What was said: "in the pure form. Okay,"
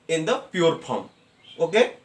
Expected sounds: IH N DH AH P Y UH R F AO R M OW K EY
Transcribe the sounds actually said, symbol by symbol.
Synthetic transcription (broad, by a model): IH N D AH P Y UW R P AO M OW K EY